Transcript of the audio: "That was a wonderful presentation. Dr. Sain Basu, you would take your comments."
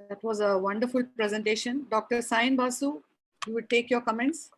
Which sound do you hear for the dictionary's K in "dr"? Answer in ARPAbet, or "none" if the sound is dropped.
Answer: K